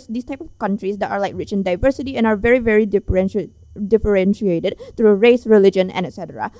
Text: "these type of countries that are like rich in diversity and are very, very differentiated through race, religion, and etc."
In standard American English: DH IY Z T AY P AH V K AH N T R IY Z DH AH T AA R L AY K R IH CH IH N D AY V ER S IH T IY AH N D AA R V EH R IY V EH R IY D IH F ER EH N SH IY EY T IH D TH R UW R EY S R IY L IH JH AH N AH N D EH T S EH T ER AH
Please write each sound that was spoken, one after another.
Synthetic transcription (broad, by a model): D IY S T AY P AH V K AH N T R IY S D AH T AA R L AY K R IH CH IH N D AY V ER S IH T IY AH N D AA R V EH R IY V EH R IY D IH F ER EH N SH IY EY T IH D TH R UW R EY S R IY L IH JH AH N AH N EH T S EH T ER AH